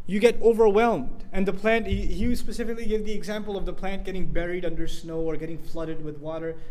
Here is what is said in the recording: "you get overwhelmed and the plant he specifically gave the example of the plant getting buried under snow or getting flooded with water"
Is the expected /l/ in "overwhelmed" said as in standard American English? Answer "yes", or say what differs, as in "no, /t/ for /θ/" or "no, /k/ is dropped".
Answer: yes